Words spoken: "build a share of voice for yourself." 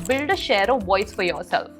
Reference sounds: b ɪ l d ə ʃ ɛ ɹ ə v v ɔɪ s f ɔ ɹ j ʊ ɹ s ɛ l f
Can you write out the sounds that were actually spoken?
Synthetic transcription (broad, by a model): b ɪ l d ə ʃ ɛ ɹ ə v v ɔɪ s f ɔ ɹ j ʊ ɹ s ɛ l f